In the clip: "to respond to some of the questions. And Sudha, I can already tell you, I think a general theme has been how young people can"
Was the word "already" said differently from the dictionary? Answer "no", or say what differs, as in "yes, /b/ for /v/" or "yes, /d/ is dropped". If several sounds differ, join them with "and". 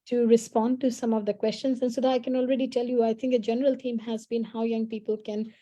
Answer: no